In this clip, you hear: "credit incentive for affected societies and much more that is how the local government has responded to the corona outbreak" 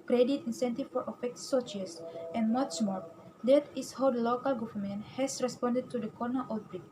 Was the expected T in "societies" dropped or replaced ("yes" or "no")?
yes